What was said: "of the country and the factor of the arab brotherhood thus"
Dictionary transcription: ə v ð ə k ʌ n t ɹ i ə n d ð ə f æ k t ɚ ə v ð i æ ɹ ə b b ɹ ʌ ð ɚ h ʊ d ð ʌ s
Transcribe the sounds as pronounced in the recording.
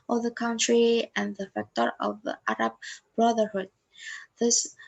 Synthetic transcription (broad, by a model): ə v ð ə k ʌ n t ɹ i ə n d ð ə f æ k t ɚ ə v ð i æ ɹ ə b b ɹ ʌ ð ɚ h ʊ d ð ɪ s